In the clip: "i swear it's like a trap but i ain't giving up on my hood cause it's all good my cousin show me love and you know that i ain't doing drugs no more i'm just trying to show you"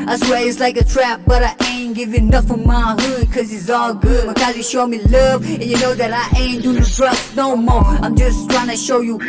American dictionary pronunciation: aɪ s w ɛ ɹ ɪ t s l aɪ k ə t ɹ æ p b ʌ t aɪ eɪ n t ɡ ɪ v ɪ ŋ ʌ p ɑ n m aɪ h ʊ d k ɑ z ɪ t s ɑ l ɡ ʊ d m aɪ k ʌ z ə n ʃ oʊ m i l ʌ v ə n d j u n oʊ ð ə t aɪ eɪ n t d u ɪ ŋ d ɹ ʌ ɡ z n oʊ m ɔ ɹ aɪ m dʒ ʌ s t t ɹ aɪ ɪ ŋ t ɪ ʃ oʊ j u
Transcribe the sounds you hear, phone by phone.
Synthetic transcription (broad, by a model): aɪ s w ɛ l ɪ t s l aɪ k ə t ɹ æ p b ʌ t aɪ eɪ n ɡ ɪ v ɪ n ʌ f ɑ m aɪ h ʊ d k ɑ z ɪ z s ɑ l ɡ ʊ d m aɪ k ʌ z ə ʃ oʊ m i l ʌ v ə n j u n oʊ ð ə t aɪ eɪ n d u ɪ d ɹ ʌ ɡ n oʊ m ɔ ɹ aɪ m dʒ ʌ s t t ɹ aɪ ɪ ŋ t ɪ ʃ oʊ j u